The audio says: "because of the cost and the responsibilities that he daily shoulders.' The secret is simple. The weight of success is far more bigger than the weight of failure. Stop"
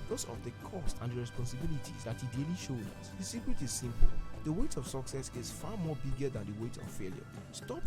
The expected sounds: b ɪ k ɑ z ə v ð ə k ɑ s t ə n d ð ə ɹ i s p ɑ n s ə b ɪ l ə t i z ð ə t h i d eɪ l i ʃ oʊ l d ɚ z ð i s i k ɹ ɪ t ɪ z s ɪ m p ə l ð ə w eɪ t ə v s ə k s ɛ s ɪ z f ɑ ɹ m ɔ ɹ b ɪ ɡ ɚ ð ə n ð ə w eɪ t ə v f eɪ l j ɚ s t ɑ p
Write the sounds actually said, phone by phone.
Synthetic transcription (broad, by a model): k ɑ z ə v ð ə k ɑ s t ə n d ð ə ɹ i s p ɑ n s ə b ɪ l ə t i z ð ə t h i d eɪ l i ʃ oʊ d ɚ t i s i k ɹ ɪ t ɪ z s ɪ m p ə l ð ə w eɪ t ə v s ə k s ɛ s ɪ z f ɑ m ɔ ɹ b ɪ ɡ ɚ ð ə n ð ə w eɪ t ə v f eɪ l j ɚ s t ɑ p